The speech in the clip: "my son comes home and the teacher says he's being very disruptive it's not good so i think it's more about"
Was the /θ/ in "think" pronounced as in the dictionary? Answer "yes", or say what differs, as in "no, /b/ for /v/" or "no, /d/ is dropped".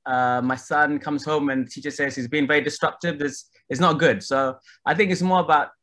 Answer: yes